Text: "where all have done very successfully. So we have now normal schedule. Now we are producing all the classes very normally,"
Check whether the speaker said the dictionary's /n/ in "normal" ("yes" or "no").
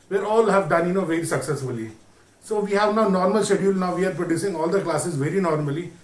yes